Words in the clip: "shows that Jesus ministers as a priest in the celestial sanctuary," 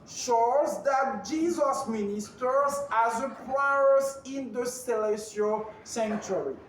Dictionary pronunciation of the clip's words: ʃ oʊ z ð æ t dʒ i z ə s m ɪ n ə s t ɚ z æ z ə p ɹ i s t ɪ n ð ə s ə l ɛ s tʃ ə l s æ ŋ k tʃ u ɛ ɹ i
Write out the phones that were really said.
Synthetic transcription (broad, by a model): ʃ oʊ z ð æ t dʒ i z ə s m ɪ n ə s t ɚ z æ z ə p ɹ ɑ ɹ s ɪ n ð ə s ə l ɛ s ə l s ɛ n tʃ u ɹ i